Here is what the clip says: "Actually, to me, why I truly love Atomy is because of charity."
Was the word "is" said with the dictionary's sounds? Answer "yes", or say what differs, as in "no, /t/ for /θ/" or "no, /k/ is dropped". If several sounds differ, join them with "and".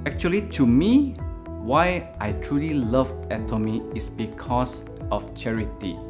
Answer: no, /s/ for /z/